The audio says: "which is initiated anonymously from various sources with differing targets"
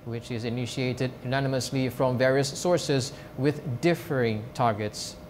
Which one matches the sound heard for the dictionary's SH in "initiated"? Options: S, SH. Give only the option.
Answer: SH